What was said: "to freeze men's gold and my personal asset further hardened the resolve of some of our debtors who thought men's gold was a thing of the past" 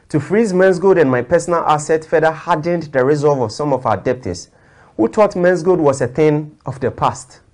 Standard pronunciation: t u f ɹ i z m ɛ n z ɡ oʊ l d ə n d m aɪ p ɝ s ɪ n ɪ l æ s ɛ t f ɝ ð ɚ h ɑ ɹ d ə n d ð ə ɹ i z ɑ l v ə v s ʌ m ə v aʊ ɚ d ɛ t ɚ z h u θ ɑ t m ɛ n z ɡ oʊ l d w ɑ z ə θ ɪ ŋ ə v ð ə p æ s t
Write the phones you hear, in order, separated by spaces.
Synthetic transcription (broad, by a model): t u f ɹ i z m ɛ n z ɡ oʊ d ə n m aɪ p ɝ s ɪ n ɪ l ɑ s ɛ t f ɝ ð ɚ h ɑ d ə n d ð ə ɹ i z ɑ l v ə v s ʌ m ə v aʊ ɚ d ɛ t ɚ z h u t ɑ t m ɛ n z ɡ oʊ d w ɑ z ə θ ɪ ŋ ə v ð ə p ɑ s t